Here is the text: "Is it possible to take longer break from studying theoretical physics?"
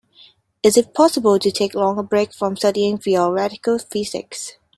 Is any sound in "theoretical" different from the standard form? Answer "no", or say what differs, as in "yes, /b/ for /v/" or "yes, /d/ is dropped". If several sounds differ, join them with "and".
yes, /f/ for /θ/